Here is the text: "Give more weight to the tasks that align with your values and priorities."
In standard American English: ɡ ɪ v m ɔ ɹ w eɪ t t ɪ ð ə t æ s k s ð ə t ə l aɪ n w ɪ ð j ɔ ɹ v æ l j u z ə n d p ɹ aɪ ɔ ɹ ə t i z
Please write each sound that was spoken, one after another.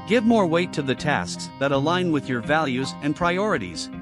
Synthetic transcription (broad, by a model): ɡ ɪ v m ɔ ɹ w eɪ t t ɪ ð ə t æ s k s ð ə t ə l aɪ n w ɪ ð j ɔ ɹ v æ l j u z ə n p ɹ aɪ ɔ ɹ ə t i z